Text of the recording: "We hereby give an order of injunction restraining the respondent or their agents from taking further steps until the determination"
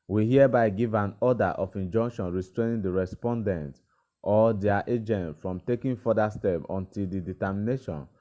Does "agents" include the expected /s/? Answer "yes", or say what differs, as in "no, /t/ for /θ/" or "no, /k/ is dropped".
no, /s/ is dropped